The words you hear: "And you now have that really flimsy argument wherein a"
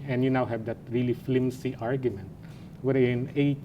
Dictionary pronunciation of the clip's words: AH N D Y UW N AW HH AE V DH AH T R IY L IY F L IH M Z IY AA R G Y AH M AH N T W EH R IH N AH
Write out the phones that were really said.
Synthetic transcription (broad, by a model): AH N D Y UW N AW HH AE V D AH T R IY L IY F L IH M S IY AA R G Y AH M AH N T W EH R IH N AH